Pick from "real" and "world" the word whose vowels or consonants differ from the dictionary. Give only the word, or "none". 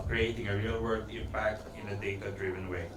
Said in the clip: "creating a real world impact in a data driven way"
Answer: world